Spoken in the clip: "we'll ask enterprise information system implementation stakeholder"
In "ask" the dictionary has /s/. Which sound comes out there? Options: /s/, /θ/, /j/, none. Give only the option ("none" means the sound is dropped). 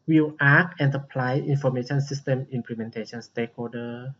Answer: none